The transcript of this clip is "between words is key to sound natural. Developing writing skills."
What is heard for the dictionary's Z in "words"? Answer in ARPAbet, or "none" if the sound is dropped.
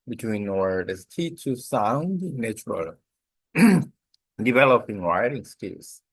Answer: none